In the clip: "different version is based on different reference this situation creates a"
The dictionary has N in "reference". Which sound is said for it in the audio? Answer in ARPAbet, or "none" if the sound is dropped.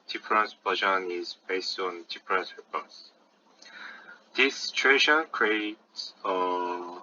none